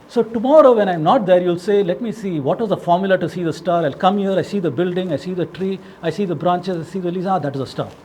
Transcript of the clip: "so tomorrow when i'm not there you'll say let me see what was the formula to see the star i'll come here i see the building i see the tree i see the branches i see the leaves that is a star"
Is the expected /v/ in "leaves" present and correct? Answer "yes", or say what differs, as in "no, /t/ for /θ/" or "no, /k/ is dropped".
no, /v/ is dropped